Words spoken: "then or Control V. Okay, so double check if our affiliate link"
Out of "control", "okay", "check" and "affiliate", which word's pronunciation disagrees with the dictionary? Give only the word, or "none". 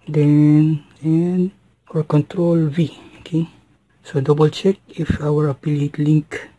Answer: affiliate